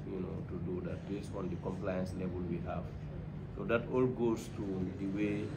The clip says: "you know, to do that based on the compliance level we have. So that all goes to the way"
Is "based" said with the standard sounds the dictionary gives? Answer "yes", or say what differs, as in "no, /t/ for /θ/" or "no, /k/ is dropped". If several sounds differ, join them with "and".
no, /t/ is dropped